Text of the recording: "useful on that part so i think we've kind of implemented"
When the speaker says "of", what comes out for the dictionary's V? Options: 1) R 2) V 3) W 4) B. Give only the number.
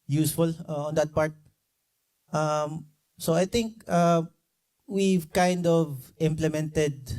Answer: 2